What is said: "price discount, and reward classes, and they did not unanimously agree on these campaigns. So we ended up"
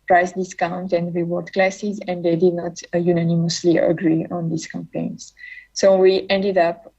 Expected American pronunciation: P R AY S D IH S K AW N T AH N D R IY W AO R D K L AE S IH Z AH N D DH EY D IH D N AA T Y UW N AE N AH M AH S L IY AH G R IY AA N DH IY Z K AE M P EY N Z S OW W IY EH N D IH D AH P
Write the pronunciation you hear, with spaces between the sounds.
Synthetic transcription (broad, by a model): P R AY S D IH S K AW N T AH N D R IY W AO R D K L AE S IH Z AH N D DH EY D IH D N AA T Y UW N AE N AH M AH S L IY AH G R IY AA N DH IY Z K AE M P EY N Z S OW W IY EH N D IH D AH P